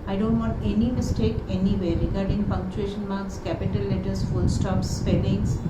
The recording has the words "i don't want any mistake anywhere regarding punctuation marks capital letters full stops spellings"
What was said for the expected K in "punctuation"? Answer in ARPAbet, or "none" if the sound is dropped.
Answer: K